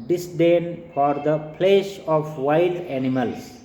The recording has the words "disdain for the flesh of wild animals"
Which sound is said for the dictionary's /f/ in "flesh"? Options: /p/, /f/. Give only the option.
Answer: /p/